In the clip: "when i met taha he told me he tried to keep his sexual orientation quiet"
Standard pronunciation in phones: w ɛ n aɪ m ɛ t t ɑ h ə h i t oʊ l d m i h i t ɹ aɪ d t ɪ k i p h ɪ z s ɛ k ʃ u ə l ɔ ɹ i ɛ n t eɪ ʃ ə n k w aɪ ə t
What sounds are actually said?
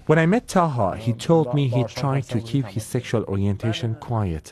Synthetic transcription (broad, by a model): w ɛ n aɪ m ɛ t t ɑ h ə h i t oʊ l d m i h i t ɹ aɪ d t ɪ k i p h ɪ z s ɛ k ʃ u ə l ɔ ɹ i ɛ n t eɪ ʃ ə n k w aɪ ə t